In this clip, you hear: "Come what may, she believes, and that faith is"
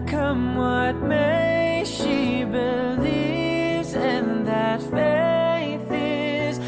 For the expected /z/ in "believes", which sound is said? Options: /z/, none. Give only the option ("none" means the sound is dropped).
/z/